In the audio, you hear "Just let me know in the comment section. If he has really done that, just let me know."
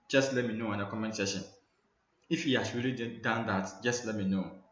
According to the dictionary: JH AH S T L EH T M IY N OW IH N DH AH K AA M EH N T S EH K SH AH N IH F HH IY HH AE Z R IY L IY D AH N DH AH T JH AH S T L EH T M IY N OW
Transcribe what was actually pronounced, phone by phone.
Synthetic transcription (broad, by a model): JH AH S T L EH T M IY N OW IH N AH K AA M EH N T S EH SH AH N IH F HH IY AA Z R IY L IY D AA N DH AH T JH AH S T L EH T M IY N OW